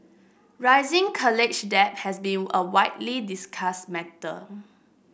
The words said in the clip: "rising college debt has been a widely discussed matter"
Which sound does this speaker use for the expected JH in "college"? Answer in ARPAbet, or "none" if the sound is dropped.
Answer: CH